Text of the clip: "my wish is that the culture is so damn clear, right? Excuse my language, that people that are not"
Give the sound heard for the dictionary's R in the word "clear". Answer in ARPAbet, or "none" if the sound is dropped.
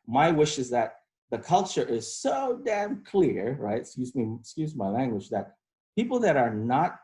R